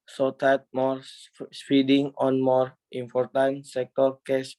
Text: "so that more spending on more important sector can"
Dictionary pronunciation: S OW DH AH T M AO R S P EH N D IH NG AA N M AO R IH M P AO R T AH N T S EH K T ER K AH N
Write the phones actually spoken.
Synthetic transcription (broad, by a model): S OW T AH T M AO R S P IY D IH NG AA N M AO R IH M P AO R T AH N T S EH K T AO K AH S